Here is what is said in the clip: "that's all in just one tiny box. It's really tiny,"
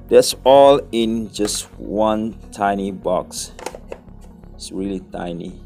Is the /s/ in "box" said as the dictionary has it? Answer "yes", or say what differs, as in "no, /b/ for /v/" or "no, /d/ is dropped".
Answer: yes